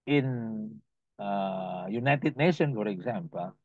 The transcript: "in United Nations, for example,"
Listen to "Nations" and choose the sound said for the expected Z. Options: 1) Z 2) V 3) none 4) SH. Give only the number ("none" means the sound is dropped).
3